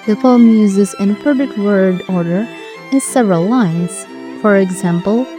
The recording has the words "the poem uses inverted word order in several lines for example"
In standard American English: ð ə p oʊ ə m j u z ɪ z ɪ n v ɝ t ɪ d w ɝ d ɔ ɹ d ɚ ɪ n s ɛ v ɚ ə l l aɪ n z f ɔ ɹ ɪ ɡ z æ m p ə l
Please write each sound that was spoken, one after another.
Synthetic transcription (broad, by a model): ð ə f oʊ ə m j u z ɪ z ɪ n p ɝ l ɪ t w ɝ d ɔ ɹ d ɚ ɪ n s ɛ v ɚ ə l l aɪ n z f ɔ ɹ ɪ ɡ z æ m p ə l